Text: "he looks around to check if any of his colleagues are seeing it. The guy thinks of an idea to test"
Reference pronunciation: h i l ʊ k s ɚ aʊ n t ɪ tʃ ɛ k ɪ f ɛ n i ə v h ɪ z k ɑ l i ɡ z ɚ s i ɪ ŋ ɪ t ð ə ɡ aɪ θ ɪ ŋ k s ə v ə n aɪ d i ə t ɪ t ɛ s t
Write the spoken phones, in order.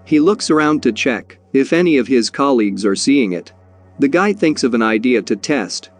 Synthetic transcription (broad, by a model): h i l ʊ k s ɚ aʊ n t ɪ tʃ ɛ k ɪ f ɛ n i ə v ɪ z k ɑ l i ɡ z ɚ s i ɪ ŋ ɪ t ð ə ɡ aɪ θ ɪ ŋ k s ə v ə n aɪ d i ə t ɪ t ɛ s t